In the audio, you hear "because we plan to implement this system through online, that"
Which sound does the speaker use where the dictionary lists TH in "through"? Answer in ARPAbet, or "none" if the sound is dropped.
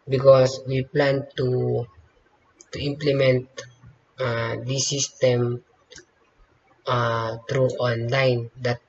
T